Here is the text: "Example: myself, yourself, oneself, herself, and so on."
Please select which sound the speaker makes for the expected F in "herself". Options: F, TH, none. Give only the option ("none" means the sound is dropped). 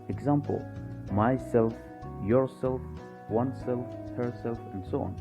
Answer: F